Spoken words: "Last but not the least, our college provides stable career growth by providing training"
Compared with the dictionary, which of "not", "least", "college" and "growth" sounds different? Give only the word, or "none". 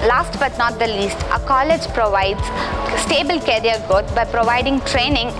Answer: growth